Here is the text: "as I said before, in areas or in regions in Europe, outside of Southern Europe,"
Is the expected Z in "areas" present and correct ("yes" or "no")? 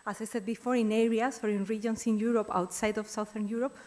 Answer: no